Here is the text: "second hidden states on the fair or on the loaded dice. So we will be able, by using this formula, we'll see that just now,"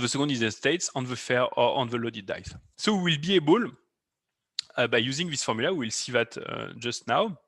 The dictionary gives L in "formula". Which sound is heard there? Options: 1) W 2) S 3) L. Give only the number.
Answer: 1